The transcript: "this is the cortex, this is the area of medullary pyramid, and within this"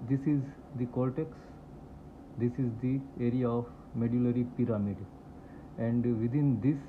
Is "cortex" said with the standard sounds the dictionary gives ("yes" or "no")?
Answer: no